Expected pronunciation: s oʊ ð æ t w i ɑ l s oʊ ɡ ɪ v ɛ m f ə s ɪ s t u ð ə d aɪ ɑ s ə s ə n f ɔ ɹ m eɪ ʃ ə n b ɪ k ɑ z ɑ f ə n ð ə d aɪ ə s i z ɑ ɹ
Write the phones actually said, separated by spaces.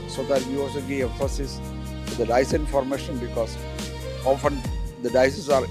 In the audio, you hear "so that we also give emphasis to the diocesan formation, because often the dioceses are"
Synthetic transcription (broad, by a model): s oʊ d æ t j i ɑ l s oʊ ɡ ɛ ɛ f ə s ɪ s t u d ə d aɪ ɑ ə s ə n f ɔ ɹ m eɪ ʃ ə n b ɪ k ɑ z ɑ f ə n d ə d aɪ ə s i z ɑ ɹ